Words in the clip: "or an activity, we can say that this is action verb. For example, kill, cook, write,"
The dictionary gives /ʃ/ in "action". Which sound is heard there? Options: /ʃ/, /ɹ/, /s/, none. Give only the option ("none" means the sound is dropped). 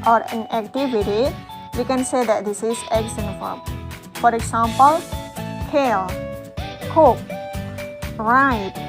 /s/